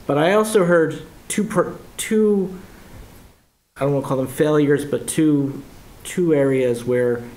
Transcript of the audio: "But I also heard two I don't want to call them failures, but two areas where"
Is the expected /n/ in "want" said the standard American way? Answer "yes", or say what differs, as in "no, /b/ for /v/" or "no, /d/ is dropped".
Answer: no, /n/ is dropped